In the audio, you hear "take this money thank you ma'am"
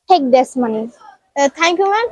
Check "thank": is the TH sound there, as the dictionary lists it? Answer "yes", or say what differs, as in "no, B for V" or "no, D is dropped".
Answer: no, T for TH